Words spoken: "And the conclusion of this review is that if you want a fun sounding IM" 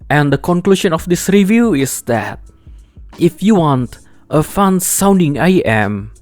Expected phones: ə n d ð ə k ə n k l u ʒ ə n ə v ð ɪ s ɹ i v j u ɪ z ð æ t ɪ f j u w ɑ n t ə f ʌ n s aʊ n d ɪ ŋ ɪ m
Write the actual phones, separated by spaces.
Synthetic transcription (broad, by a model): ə n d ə k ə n k l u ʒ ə n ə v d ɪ s ɹ i v j u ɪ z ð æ t ɪ f j u w ɑ n t ə f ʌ n s aʊ n d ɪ ŋ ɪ m